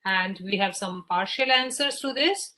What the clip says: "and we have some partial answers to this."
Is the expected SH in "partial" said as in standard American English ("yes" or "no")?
yes